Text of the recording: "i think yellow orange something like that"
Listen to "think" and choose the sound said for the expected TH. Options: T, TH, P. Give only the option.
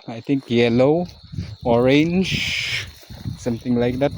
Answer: T